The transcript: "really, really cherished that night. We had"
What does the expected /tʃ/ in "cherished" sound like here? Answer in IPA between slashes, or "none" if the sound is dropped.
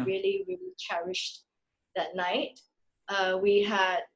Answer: /tʃ/